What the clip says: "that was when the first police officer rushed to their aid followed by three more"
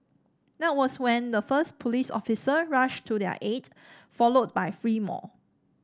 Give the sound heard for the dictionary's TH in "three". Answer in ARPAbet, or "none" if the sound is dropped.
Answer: F